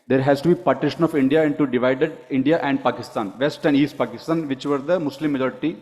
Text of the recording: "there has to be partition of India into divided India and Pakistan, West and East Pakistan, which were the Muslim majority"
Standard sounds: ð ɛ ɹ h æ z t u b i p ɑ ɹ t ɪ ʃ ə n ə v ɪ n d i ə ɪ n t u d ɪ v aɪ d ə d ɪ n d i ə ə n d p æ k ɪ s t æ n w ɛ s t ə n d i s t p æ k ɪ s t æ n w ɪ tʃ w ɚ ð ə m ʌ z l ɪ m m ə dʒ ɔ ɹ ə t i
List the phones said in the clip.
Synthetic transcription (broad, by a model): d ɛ ɹ h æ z t u b i p ɑ ɹ t ɪ ʃ ə n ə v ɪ n d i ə ɪ n t u d ɪ v aɪ d ə d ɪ n d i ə ə n d p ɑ k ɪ s t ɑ n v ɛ s t ə n d i s t p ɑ k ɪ s t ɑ n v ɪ tʃ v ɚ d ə m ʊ s l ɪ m m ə dʒ ɔ ɹ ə t i